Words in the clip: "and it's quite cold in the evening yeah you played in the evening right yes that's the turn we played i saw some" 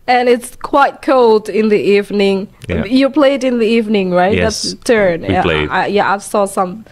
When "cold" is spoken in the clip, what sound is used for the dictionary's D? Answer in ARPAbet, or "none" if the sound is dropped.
D